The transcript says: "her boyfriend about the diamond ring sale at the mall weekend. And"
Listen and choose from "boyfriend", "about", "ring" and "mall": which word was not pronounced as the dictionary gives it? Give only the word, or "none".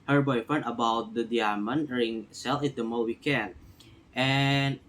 boyfriend